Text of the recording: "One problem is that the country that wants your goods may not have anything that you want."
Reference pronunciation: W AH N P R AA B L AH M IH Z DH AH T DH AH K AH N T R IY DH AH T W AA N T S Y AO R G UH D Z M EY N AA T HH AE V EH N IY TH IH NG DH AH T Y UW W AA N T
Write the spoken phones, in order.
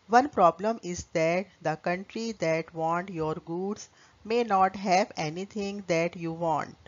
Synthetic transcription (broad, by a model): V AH N P R AA B L AH M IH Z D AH T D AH K AH N T R IY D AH T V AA N T Y AO R G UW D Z M EY N AA T HH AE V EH N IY T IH NG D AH T Y UW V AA N T